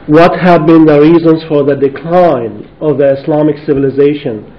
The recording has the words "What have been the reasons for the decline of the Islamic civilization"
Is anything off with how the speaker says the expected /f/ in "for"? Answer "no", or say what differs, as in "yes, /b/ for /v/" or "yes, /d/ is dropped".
no